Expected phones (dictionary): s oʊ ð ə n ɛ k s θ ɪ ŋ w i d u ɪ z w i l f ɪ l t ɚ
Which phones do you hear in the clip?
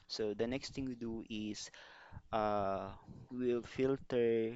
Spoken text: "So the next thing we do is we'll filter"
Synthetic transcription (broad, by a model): s oʊ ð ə n ɛ k s t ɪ ŋ w i d u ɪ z w i l f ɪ l t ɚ